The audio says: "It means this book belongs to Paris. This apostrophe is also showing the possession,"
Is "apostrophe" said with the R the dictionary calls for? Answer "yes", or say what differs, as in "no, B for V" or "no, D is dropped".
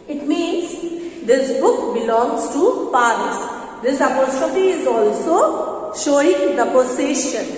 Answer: no, R is dropped